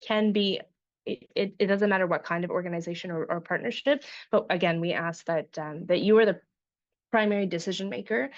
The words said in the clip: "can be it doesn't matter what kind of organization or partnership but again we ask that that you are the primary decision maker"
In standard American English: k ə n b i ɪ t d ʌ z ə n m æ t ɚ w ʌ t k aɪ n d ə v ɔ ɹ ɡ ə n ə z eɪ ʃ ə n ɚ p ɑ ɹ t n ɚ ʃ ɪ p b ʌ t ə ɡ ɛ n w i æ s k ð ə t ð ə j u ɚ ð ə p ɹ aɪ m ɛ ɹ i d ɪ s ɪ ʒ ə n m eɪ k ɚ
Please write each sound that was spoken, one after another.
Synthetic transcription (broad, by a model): k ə n b i ɪ t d ʌ z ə n m æ t ɚ w ʌ t k aɪ n d ə v ɔ ɹ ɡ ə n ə z eɪ ʃ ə n ɚ p ɑ ɹ t n ɚ ʃ ɪ p b ʌ t ə ɡ ɛ n w i æ s k ð ə t ð ə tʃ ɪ ɚ ð ə p ɹ aɪ m ɛ ɹ i d ɪ s ɪ ʒ ə n m eɪ k ɚ